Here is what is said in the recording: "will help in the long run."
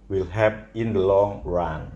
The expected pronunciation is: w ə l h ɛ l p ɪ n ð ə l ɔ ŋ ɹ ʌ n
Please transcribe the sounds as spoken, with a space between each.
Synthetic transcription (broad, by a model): w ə l h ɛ p ɪ n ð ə l ɔ ŋ ɹ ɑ n